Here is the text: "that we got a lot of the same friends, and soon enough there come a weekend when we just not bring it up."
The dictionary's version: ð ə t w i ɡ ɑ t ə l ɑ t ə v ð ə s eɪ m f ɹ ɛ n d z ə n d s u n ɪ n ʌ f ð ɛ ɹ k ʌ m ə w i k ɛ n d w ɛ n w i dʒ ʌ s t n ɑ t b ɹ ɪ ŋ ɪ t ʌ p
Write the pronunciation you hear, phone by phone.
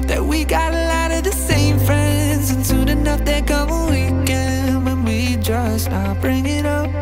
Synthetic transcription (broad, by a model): ð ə t w i ɡ ɑ t ə l ɑ t ə v ð ə s eɪ m f ɹ ɛ n d z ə n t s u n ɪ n ʌ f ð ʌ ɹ k ʌ m ə w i k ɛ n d w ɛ n w i dʒ ʌ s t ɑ b ɹ ɪ ŋ ɪ t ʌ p